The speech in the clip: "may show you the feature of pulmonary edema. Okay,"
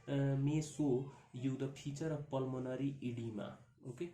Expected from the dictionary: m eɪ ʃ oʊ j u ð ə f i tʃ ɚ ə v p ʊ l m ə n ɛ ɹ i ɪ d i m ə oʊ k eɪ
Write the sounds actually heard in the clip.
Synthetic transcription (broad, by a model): m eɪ s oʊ j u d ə p i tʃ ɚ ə p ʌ l m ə n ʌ ɹ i ɪ d i m ə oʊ k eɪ